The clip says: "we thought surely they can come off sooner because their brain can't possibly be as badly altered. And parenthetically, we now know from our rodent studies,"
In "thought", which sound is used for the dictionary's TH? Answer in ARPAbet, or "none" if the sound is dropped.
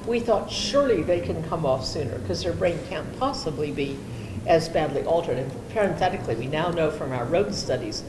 TH